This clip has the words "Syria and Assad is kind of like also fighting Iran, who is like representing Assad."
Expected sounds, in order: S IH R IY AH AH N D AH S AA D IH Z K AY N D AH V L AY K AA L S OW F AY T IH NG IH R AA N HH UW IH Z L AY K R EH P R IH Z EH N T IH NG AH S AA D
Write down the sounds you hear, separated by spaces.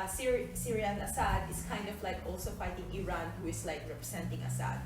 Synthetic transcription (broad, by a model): S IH R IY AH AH N AH S AA D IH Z K AY N D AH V L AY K AA L S OW F AY T IH NG IH R AA N HH UW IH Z L AY K R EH P R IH S EH N T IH NG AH S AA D